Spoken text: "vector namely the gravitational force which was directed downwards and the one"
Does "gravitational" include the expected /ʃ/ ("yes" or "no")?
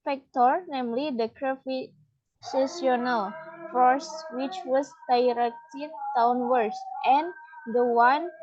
no